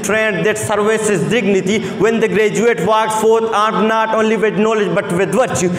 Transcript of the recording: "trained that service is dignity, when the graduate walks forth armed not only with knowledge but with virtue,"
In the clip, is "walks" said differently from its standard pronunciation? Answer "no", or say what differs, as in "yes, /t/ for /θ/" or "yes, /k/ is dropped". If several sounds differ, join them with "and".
yes, /s/ is dropped